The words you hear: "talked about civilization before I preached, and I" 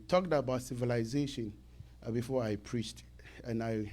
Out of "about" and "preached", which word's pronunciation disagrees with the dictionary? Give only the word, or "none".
none